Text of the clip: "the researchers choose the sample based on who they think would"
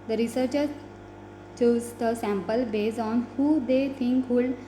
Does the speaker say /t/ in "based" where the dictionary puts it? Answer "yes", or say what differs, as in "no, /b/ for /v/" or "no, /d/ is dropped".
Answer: no, /t/ is dropped